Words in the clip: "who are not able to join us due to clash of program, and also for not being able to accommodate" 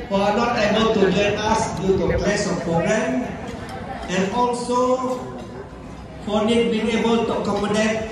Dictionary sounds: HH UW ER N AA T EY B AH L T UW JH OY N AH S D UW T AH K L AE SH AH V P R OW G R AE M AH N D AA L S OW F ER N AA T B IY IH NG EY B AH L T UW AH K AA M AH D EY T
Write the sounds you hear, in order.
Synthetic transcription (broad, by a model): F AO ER N AA T EY B AH L T UW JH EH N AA S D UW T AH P L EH S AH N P R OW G R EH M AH N AA L S OW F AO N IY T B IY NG EY B AH L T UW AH K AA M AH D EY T